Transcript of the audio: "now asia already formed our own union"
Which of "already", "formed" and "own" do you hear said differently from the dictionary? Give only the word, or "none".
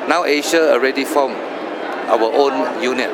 formed